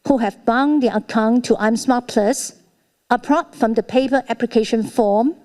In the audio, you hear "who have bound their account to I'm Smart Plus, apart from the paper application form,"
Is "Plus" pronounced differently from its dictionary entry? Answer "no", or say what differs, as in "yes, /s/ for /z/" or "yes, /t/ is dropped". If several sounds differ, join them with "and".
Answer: no